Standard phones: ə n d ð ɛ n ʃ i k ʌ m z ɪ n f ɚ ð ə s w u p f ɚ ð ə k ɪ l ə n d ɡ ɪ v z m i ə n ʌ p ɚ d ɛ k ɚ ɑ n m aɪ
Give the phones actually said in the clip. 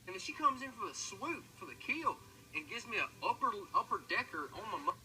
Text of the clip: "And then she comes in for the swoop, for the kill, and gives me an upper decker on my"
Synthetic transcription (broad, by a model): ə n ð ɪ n ʃ i k ʌ m z ɪ n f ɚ ð ə s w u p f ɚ ð ə k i l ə n ɡ ɪ v z m i ə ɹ ʌ p ɚ d ɛ k ɚ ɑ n m aɪ